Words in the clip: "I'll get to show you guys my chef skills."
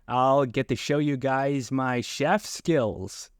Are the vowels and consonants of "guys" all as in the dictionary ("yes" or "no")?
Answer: yes